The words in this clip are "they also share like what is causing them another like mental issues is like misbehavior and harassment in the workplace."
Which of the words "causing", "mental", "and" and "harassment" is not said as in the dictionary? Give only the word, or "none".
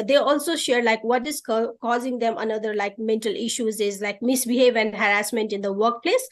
none